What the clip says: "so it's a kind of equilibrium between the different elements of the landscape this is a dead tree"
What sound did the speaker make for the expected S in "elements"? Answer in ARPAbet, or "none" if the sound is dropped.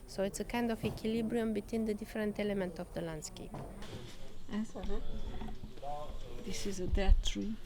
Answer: none